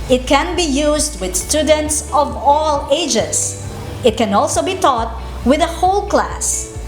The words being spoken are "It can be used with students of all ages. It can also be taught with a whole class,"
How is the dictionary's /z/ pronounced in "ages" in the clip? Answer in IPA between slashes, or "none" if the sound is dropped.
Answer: /s/